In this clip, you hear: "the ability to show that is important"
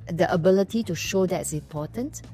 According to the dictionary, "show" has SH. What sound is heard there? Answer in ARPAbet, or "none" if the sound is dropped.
SH